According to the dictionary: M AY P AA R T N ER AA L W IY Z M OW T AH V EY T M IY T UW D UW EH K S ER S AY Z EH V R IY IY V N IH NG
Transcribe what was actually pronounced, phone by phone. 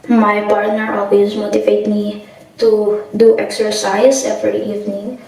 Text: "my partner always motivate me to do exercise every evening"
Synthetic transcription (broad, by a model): M AY P AA R T N ER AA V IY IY S M OW T AH V EY T M IY T UW D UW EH K S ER S AY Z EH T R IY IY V N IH NG